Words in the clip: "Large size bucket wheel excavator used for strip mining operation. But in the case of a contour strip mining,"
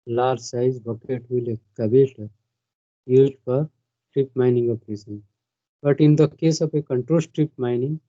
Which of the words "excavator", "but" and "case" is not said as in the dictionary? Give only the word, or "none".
excavator